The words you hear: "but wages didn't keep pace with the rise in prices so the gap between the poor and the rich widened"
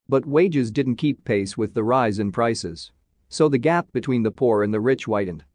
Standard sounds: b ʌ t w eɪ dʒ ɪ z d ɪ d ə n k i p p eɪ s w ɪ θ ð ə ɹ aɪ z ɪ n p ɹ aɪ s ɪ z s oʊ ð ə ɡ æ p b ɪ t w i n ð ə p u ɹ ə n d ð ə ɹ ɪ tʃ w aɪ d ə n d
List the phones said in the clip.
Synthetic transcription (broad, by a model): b ʌ t w eɪ dʒ ɪ z d ɪ d n k i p p eɪ s w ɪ ð ə ɹ aɪ z ɪ n p ɹ aɪ s ɪ z s oʊ ð ə ɡ æ p b ɪ t w i n ð ə p u ɹ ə n ð ə ɹ ɪ tʃ w aɪ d n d